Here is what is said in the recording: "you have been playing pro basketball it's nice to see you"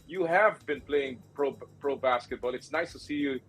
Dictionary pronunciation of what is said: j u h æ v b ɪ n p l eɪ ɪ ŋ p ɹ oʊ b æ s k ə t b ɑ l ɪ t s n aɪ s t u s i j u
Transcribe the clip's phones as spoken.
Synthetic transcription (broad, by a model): j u h æ v b ɪ n p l eɪ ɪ ŋ p ɹ oʊ b æ s k ə t b ɑ l ɪ t s n aɪ s t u s i j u